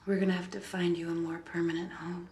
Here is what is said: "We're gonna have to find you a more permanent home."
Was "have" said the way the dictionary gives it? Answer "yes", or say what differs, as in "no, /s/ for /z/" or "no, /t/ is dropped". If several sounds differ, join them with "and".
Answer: no, /f/ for /v/